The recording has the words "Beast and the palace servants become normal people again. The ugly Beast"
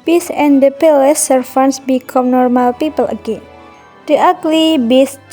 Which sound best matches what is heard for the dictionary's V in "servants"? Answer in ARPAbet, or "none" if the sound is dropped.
F